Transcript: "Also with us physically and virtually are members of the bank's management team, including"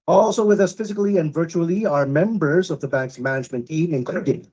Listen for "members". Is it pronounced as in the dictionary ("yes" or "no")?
yes